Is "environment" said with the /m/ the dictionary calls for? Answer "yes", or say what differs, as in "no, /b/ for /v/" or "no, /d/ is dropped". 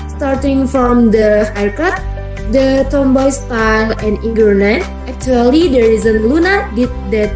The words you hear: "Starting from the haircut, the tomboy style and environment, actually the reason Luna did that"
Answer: no, /m/ is dropped